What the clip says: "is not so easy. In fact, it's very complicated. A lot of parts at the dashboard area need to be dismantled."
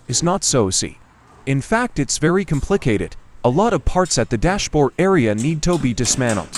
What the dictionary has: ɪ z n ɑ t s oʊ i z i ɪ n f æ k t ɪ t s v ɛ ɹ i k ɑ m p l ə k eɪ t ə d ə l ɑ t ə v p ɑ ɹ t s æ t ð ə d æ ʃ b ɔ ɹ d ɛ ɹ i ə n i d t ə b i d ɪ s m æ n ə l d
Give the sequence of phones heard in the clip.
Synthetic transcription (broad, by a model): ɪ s n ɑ t s oʊ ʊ s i ɪ n f æ k t ɪ t s v ɛ ɹ i k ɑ m p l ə k eɪ t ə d ə l ɑ t ə v p ɑ ɹ t s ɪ t ð ə d æ ʃ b ɔ ɹ ɛ ɹ i ə n i d t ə b i d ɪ s m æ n l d